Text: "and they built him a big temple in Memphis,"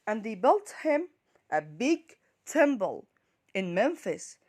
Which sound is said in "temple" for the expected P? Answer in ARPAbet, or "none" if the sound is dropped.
B